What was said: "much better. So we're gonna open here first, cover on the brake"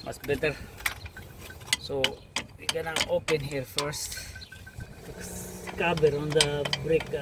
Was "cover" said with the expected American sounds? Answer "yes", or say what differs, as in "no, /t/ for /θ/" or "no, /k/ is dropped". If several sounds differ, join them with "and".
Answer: no, /b/ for /v/